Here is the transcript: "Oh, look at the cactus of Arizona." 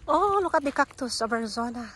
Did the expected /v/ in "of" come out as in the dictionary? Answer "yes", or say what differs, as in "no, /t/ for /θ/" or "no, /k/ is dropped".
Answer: no, /b/ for /v/